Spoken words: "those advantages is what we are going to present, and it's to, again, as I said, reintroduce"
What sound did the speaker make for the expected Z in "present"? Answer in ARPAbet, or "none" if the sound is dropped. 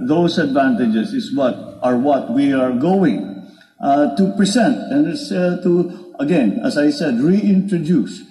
S